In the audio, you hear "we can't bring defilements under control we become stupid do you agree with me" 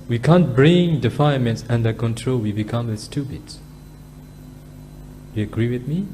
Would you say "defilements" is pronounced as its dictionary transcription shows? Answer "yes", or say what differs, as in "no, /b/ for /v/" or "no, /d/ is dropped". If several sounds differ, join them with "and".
no, /n/ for /l/